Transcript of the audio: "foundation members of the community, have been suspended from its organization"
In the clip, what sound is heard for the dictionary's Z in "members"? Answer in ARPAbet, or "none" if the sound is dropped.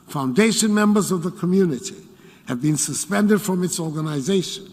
Z